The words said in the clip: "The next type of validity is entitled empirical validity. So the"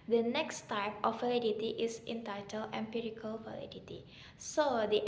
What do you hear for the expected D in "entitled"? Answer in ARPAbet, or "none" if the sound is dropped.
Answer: none